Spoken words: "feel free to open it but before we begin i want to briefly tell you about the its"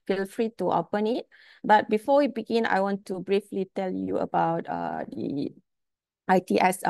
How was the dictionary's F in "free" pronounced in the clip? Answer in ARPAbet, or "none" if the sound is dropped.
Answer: F